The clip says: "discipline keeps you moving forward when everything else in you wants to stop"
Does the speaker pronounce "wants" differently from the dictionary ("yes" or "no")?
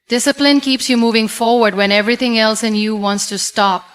no